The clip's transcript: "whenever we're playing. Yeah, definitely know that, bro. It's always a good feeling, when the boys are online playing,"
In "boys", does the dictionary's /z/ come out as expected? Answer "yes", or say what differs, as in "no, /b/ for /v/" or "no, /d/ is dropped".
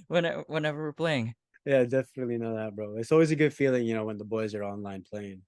yes